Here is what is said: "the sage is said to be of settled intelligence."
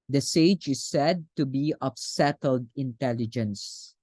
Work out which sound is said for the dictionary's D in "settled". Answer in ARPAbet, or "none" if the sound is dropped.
D